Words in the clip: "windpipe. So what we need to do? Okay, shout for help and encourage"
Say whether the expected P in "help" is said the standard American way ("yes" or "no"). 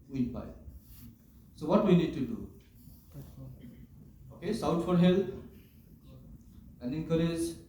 no